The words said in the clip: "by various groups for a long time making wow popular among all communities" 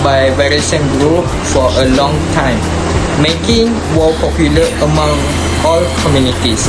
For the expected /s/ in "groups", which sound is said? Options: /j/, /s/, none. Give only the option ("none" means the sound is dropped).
none